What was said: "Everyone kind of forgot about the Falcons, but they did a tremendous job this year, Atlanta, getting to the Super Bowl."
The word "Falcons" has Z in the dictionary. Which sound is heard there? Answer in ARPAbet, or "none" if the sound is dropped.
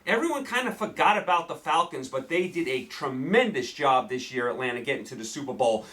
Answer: Z